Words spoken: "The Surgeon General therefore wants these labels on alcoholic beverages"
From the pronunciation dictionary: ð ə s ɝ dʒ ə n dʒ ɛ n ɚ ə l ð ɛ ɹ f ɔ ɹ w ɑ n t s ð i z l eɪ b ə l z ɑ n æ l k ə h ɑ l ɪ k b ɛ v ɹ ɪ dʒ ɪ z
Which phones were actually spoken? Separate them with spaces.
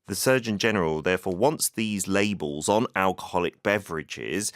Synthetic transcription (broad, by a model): ð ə s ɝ dʒ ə n dʒ ɛ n ɚ ə l ð ɛ f ɔ w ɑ n s ð i z l eɪ b ə l z n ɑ l k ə h ɑ l ɪ k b ɛ v ɹ ɪ dʒ ɪ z